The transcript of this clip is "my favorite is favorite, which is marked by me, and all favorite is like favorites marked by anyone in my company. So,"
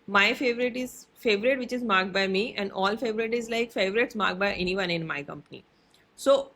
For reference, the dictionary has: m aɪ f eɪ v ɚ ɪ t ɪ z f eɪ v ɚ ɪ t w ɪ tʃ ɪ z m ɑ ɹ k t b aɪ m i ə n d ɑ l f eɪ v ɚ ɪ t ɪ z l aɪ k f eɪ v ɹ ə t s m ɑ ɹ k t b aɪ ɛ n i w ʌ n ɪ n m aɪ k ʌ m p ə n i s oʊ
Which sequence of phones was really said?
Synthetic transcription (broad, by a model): m aɪ f eɪ v ɚ ɪ t ɪ z f eɪ v ɚ ɪ t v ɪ tʃ ɪ z m ɑ ɹ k b aɪ m i ə n d ɑ l f eɪ v ɚ ɪ t ɪ z l aɪ k f eɪ v ɹ ə t s m ɑ ɹ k b aɪ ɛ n i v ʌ n ɪ n m aɪ k ʌ m p ə n i s oʊ